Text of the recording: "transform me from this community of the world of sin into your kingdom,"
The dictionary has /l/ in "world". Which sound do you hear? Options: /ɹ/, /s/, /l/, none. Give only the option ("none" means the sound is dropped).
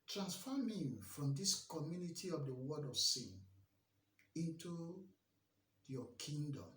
none